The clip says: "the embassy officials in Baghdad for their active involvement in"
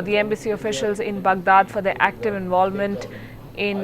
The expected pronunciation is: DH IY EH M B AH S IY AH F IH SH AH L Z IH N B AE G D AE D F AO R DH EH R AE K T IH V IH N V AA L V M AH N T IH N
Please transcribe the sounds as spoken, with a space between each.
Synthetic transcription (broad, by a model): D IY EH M B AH S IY AH F IH SH AH L Z IH N B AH G D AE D F AO R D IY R AE K T IH V IH N V AA L V M AH N T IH N